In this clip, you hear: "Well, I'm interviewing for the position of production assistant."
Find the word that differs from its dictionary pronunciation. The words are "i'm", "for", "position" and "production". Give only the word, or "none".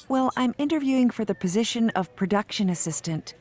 none